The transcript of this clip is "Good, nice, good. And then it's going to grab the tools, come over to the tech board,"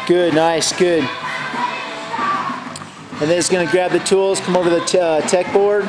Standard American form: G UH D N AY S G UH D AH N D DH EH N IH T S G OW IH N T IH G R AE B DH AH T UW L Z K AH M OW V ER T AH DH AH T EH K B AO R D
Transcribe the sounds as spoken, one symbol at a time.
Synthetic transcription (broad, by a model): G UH D N AY S G UH D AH N DH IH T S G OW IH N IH G R AE B DH AH T UW L Z K AH M OW V ER DH AH T EH K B AO R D